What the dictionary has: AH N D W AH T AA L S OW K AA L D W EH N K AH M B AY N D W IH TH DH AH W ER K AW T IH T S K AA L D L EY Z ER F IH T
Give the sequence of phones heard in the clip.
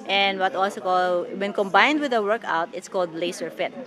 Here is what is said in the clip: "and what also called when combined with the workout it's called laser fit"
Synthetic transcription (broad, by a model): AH N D W AH T AA L S OW K AA L D W EH N K AH M B AY N D W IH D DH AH W ER K AW T IH T S K AA L D L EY S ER F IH T